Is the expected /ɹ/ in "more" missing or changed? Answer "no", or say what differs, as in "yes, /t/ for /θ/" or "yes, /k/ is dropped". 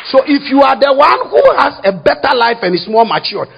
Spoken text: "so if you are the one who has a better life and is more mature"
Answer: yes, /l/ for /ɹ/